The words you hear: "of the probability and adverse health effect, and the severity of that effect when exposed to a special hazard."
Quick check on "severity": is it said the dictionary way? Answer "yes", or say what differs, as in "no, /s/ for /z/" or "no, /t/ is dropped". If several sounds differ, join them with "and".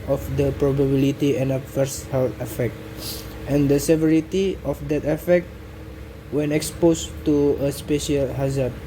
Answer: yes